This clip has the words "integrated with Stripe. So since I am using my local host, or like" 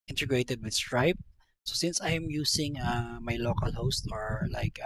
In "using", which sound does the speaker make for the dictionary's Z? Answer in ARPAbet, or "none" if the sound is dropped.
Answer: S